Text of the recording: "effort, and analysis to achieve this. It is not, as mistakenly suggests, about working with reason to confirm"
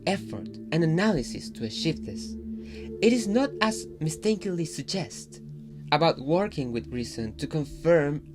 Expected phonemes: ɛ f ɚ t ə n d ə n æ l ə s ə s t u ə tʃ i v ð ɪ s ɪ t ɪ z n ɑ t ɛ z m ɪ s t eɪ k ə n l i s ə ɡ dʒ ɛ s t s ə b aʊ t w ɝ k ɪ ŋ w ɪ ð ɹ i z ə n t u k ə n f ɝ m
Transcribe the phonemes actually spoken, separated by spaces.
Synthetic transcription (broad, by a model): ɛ f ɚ t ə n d ə n æ l ə s ə s t u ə ʃ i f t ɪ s ɪ t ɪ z n ɑ t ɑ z m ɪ s t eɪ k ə l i s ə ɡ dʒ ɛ s t ə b aʊ t w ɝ k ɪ ŋ w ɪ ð ɹ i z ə n t u k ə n f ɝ m